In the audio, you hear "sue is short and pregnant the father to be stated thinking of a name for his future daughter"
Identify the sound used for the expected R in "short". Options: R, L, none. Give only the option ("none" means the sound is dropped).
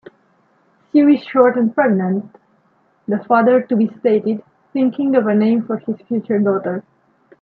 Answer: R